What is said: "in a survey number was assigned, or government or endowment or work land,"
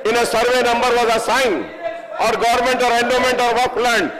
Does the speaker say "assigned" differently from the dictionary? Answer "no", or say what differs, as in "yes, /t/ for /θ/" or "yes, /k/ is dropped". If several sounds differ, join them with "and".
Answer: yes, /d/ is dropped